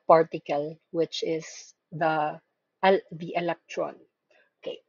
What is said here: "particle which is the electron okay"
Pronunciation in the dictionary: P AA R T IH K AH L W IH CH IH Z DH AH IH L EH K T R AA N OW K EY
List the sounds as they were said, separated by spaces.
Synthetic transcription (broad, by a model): P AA R T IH K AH L W IH CH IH S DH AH IH L EH K T R AA N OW K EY